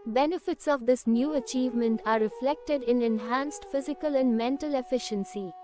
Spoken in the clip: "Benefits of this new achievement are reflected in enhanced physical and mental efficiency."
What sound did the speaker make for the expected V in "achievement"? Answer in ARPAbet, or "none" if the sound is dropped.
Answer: V